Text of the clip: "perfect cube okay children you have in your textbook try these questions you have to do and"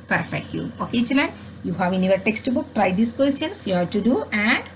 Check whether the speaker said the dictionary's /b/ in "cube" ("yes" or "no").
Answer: no